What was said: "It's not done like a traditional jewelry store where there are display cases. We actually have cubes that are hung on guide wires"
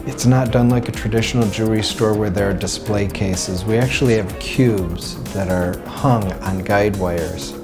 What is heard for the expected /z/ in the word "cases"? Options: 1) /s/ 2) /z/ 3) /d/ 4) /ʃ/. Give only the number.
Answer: 2